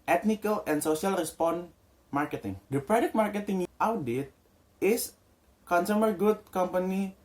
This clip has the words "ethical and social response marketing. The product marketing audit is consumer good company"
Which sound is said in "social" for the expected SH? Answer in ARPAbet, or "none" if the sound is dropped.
S